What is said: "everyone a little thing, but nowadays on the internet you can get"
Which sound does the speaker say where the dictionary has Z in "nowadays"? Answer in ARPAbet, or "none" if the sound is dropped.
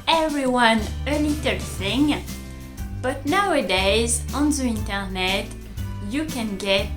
Z